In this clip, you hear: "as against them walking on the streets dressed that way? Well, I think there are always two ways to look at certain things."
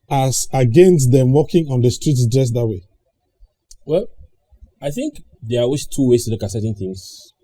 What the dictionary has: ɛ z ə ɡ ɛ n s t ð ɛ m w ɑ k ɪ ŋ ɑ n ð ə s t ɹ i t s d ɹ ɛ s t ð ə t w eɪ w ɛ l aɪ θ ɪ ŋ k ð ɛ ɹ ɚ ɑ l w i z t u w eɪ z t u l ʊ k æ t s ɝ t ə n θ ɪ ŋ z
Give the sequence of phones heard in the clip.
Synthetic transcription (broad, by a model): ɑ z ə ɡ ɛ n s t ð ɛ m w ɑ k ɪ ŋ ɑ n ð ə s t ɹ i t s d ɹ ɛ s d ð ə t w eɪ w ɛ l aɪ θ ɪ ŋ k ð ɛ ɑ w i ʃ t u w eɪ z t u l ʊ k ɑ t s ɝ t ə n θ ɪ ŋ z